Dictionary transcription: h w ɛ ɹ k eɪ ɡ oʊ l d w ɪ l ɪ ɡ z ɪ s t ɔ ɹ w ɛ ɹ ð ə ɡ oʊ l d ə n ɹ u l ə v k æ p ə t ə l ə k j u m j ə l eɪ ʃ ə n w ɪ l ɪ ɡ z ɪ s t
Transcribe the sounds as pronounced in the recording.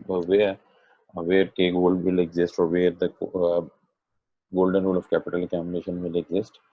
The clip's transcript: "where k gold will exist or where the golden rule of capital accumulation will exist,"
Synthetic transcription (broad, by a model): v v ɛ ɹ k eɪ ɡ oʊ l d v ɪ l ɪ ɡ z ɪ s t ɔ ɹ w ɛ ɹ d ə ɡ oʊ l d ə n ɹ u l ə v k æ p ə t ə l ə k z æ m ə n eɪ ʃ ə n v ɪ l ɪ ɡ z ɪ s t